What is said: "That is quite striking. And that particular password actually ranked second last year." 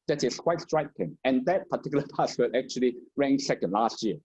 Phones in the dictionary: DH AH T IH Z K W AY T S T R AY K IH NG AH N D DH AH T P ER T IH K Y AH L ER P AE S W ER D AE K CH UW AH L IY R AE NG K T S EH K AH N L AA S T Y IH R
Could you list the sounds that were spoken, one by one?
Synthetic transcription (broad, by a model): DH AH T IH S K W AY T S T R AY K IH NG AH N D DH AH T P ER T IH K Y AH L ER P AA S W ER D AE K CH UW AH L IY R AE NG S EH K AH N L AA S T Y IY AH